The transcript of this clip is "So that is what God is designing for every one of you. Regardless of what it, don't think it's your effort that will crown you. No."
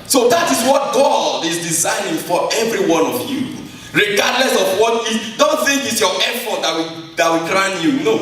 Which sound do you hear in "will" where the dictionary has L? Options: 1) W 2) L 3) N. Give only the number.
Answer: 1